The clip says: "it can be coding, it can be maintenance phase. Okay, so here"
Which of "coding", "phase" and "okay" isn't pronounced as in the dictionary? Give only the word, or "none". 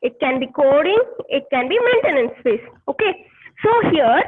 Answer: phase